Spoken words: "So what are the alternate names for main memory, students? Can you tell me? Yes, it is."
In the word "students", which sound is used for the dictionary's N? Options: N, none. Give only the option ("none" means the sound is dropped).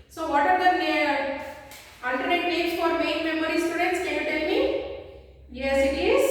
N